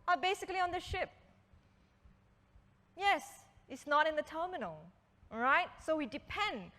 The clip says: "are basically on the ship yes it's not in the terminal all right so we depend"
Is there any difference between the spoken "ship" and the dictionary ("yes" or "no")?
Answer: no